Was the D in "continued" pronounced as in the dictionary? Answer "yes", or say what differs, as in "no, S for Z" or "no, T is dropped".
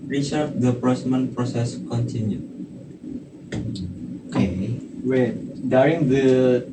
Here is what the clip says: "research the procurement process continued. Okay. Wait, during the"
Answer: no, D is dropped